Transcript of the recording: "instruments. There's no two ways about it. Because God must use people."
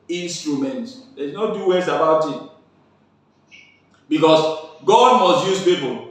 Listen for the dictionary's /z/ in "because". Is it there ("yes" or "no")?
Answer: no